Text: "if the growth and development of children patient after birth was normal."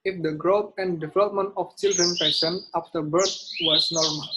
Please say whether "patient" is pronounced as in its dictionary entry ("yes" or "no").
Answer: no